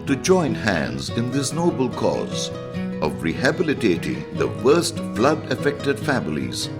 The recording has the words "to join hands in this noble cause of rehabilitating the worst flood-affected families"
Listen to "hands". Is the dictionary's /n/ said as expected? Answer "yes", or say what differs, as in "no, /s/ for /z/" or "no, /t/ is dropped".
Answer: yes